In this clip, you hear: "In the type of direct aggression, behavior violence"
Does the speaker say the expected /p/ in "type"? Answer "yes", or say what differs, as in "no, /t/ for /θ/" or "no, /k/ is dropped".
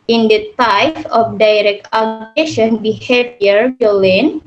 no, /f/ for /p/